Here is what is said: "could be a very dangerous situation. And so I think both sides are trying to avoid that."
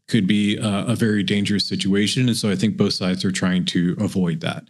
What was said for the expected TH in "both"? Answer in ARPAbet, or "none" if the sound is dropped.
TH